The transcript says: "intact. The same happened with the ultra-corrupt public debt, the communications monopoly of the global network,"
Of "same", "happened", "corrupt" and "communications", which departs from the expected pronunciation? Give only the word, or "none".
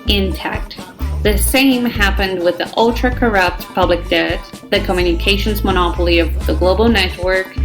none